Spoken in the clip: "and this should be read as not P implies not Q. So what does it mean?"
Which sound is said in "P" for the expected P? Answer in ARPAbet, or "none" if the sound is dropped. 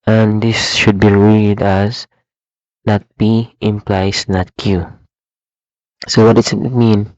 B